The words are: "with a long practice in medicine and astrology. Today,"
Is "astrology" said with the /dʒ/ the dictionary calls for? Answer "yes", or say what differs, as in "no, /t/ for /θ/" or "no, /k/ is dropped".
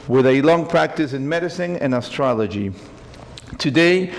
yes